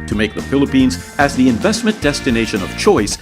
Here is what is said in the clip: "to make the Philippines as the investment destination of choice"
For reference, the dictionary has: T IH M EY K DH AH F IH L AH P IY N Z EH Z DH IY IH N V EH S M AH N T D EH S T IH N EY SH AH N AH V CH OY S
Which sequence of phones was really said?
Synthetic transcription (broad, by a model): T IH M EY K DH AH F IH L AH P IY N Z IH Z DH IY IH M V EH S M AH N D EH S T IH N EY SH AH N AH V CH OY S